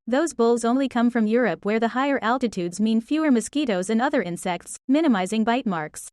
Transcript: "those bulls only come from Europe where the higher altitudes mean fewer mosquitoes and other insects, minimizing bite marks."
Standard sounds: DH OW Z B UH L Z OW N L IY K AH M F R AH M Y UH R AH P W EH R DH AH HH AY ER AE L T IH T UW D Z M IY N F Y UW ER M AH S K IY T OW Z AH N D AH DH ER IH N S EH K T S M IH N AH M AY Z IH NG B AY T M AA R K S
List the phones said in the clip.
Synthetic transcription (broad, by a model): DH OW Z B UH L Z OW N L IY K AH M F R AH M Y UH R AH P W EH R DH AH HH AY ER AE L T IH T UW D Z M IY N F Y UW ER M AH S K IY T OW Z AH N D AH DH ER IH N S EH K T S M IH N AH M AY Z IH NG B AY T M AA R K S